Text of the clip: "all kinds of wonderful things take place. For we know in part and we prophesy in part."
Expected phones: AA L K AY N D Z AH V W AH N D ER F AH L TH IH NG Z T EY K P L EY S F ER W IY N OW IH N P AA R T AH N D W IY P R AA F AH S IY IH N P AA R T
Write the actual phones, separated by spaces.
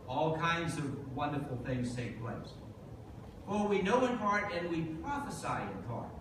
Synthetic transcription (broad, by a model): AA L K AY N D Z AH V W AH N D ER F L TH IH NG Z T EY K P L EY S F ER W IY N OW IH N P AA R T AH N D W IY P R AA F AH S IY IH N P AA R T